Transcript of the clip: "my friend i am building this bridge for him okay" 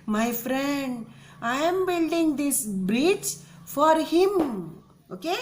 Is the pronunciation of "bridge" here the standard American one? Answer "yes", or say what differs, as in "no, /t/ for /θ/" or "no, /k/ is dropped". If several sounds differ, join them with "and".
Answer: no, /tʃ/ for /dʒ/